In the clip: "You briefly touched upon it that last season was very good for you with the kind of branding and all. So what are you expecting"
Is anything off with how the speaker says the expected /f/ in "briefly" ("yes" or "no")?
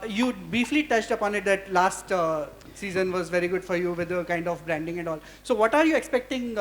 no